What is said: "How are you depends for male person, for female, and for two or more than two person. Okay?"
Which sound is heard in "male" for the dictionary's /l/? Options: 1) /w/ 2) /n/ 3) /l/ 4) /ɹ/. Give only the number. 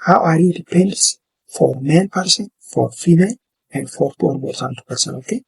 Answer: 2